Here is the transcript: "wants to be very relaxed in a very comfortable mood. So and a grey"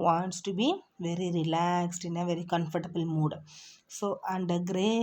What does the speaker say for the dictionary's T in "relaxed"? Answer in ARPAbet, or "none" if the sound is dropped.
T